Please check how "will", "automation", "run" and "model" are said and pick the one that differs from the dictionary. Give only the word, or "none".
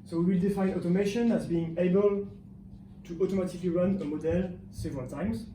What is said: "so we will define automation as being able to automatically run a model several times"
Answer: none